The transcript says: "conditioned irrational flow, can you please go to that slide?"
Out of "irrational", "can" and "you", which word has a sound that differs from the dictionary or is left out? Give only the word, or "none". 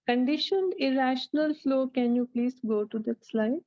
none